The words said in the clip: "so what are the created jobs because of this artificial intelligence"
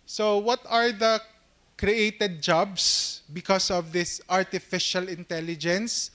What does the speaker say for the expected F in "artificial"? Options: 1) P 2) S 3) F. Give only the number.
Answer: 3